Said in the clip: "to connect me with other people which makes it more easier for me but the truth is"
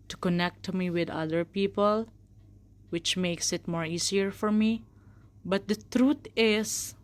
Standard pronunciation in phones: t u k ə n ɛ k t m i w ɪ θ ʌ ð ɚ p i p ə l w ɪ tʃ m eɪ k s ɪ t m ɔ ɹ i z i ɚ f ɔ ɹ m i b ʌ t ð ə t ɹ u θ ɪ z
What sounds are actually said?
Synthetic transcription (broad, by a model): t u k ə n ɛ k t m i w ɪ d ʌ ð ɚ p i p ə l w ɪ tʃ m eɪ k s ɪ t m ɔ ɹ i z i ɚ f ɔ ɹ m i b ʌ t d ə t ɹ u t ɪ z